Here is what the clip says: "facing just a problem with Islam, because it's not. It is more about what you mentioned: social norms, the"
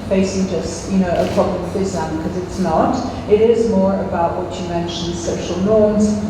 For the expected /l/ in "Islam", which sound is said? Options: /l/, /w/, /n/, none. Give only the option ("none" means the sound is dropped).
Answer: none